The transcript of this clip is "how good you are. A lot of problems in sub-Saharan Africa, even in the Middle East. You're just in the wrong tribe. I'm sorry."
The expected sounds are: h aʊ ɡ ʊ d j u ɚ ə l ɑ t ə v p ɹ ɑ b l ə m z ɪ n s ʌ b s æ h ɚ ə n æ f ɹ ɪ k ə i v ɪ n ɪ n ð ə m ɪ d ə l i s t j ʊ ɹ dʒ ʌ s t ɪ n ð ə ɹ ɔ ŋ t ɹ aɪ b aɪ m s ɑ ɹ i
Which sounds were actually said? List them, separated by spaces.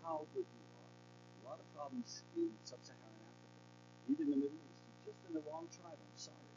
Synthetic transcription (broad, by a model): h aʊ ɡ ʊ d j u ɚ ə l ɑ t ə v p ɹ ɑ b l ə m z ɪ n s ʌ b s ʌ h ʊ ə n æ f ɹ ɪ k ə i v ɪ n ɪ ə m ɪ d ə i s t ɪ dʒ ʌ s t ɪ n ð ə l ɔ ŋ t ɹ aɪ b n s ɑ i